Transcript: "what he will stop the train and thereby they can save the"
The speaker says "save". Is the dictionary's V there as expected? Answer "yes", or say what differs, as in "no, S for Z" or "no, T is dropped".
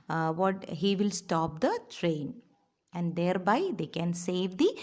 yes